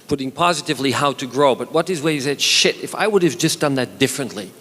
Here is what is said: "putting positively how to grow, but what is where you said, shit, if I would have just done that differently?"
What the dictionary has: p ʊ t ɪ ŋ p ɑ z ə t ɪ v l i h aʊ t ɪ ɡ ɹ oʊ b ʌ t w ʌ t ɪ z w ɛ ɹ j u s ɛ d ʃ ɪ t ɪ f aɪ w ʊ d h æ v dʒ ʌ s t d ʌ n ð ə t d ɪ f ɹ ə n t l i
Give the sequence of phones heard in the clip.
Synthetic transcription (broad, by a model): p ʊ t ɪ ŋ p ɑ z ə t ɪ v l i h aʊ t ɪ ɡ ɹ oʊ b ʌ t w ʌ t ɪ z w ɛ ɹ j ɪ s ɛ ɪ ʃ ɪ t ɪ f aɪ w ʊ d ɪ v dʒ ʌ s d ʌ n ð ə t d ɪ f ɹ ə n t l i